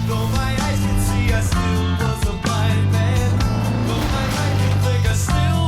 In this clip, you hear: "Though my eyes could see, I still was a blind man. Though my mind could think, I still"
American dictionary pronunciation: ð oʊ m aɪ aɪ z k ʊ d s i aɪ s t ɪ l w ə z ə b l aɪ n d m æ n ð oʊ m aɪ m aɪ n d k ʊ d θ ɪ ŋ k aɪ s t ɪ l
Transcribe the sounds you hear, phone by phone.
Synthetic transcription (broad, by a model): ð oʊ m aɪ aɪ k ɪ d s i aɪ s t ɪ l w ə z ə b aɪ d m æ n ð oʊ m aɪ aɪ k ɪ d θ ɪ ŋ k aɪ s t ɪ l